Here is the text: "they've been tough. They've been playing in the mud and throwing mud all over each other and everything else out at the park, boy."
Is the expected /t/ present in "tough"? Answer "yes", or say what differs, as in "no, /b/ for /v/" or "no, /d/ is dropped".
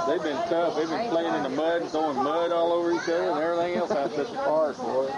no, /s/ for /t/